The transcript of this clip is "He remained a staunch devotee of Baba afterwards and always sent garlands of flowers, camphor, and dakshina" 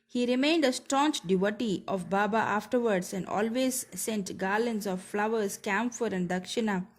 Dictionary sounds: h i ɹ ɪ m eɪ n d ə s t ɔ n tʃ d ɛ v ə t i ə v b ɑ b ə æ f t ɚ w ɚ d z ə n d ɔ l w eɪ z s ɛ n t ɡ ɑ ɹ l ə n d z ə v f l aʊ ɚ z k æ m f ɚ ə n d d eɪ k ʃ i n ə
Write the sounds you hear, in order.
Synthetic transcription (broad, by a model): h i ɹ ɪ m eɪ n d ə s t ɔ n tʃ d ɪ v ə t i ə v b ɑ b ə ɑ f t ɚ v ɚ d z ə n d ɔ l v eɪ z s ɛ n t ɡ ɑ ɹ l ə n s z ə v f l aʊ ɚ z k æ m f ɚ ə n d d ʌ k ʃ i n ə